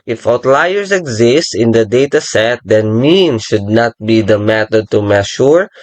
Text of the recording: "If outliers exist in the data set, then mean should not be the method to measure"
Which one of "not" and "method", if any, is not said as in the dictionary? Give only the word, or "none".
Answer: method